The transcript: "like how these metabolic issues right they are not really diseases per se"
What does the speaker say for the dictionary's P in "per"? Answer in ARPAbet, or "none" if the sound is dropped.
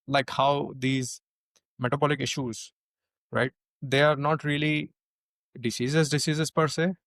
P